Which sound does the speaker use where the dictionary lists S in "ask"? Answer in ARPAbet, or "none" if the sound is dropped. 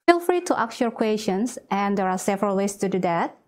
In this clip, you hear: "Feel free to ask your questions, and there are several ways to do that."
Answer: none